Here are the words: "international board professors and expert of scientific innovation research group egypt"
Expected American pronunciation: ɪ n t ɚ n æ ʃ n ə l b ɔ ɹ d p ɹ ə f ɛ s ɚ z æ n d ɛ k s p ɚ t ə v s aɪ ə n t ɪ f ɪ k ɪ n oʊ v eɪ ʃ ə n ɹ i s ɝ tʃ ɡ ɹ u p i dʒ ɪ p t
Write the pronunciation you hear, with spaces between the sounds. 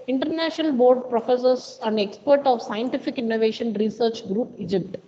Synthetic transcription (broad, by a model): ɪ n t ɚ n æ ʃ n ə l b ɔ ɹ d p ɹ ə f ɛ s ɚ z æ n d ɛ k s p ɚ t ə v s aɪ ə n t ɪ f ɪ k ɪ n oʊ v eɪ ʃ ə n ɹ i s ɝ tʃ ɡ ɹ u p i dʒ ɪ p t